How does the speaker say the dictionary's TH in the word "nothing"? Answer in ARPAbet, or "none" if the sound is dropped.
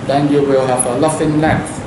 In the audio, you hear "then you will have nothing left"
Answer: F